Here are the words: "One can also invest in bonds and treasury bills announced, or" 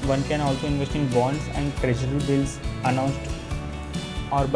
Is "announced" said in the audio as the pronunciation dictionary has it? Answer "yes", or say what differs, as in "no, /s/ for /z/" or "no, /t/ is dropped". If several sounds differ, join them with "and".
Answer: yes